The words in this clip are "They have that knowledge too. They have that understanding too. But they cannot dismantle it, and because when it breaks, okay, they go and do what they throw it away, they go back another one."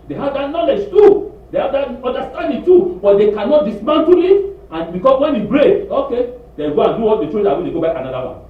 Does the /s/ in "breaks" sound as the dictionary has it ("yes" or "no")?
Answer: no